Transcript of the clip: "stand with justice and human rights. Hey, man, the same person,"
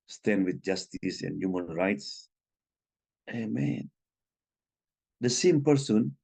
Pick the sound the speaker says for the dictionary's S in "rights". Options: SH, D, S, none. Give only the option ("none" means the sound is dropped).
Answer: S